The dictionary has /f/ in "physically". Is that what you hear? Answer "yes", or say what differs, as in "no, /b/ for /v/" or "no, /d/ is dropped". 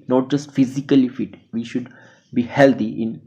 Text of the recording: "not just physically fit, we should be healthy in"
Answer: yes